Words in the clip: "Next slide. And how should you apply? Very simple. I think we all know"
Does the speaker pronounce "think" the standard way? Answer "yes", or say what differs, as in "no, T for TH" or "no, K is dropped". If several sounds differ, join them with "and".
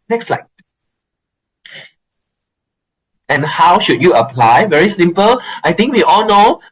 no, T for TH